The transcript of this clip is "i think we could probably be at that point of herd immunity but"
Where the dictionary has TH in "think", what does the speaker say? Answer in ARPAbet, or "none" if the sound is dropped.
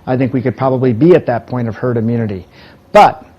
TH